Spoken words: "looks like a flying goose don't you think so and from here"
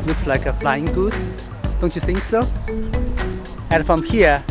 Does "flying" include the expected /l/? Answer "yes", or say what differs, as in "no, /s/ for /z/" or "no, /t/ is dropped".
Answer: yes